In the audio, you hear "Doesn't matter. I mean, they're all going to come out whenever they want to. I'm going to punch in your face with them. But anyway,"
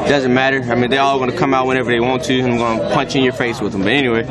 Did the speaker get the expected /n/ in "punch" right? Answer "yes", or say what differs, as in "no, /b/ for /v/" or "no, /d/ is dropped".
yes